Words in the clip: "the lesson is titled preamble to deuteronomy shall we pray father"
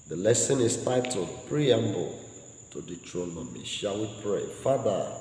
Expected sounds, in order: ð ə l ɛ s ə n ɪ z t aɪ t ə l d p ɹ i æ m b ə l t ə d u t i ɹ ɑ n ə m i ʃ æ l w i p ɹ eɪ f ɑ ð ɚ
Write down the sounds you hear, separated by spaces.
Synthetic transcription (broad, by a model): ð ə l ɛ s ə n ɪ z t aɪ t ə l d p ɹ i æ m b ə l t ə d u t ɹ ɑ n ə m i ʃ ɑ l w i p ɹ eɪ f ɑ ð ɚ